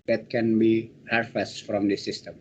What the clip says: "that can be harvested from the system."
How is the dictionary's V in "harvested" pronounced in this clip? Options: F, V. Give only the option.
F